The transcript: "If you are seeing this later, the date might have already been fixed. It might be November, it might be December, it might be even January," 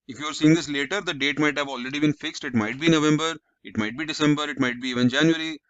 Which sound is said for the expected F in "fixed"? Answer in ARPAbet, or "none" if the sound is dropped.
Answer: F